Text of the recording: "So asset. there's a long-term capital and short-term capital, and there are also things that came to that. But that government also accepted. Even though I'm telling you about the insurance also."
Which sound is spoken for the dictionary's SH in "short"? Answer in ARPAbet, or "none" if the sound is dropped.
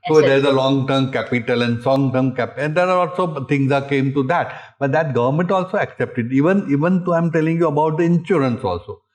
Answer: S